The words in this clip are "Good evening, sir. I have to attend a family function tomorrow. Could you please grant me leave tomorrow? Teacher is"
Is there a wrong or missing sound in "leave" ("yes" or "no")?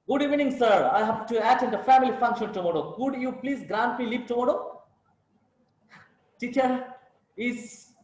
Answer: yes